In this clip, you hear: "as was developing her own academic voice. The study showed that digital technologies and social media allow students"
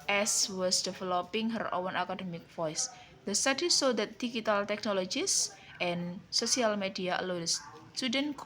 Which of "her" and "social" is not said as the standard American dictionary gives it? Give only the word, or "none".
social